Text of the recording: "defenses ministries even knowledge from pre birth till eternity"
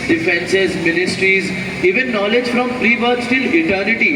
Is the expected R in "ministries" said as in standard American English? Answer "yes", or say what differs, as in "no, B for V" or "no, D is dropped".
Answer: yes